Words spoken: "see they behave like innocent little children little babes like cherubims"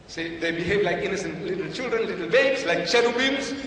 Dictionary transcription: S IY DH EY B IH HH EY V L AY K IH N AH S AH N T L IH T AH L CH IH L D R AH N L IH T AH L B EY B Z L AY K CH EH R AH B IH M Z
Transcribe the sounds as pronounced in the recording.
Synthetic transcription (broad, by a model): S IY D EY B IH HH EY V L AY K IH N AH S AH N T L IH T AH L CH IH L D R AH N L IH T AH L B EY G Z L AY K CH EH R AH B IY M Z